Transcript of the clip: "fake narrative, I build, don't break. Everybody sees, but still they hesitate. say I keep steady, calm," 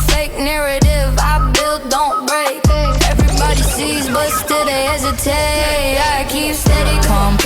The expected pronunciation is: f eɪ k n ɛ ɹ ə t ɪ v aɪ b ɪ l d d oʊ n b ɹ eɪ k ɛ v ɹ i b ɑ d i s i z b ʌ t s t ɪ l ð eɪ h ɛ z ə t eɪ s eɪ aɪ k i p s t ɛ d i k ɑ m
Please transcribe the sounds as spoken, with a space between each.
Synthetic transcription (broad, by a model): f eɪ k n ɛ ɹ ə t ɪ v aɪ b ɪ l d d oʊ n b ɹ eɪ k ɛ v ɹ i b ɑ d i s i z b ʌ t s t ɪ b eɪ h ɛ z ə t eɪ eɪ aɪ k i p s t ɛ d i k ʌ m